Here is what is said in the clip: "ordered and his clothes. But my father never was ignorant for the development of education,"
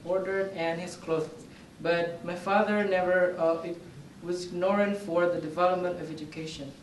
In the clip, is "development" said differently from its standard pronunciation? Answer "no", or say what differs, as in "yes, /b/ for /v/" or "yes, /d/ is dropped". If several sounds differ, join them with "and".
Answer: no